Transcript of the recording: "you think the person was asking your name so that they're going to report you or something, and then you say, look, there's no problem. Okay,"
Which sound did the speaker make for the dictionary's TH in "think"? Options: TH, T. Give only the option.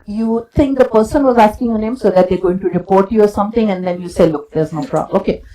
T